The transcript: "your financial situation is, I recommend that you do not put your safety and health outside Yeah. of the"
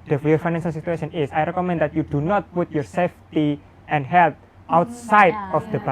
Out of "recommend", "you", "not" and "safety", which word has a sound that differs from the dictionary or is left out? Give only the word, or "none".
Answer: none